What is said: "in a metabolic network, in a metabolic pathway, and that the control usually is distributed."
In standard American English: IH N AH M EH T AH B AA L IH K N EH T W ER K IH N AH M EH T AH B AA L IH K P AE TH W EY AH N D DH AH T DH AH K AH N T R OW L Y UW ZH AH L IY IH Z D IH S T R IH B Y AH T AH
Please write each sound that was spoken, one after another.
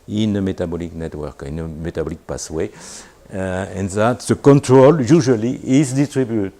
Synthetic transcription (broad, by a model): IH N AH M EH T AH B AA L IH K N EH T W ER K IH N AH M EH T AH B AA L IH K P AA S W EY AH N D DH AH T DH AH K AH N T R OW L Y UW ZH AH L IY IH Z D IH S T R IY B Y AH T